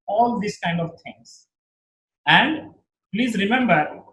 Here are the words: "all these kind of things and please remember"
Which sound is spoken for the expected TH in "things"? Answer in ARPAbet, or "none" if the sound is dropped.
T